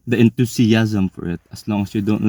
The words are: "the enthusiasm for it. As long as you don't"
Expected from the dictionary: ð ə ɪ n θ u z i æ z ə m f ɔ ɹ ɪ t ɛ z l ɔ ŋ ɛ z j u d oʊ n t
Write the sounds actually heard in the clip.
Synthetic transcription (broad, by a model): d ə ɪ n t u s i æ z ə m f ɔ ɹ ɪ t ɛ s l ɔ ŋ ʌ s j u d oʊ n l